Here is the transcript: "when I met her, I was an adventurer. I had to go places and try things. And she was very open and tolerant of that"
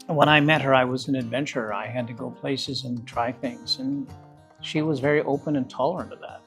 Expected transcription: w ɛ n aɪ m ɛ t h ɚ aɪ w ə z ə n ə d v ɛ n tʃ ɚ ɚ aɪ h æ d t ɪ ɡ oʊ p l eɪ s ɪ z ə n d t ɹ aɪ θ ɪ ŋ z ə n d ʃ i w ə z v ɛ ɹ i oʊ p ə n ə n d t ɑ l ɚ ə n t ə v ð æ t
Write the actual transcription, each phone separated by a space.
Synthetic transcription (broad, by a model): w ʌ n aɪ m ɛ t h ɚ aɪ w ə z ə n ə d v ɛ n tʃ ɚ ɚ aɪ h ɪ d t ɪ ɡ oʊ p l eɪ s ɪ z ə n t ɹ aɪ θ ɪ ŋ z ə n ʃ i w ə z v ɛ ɹ i oʊ p ə n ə n t ɑ l ɚ ə n t ə v ð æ t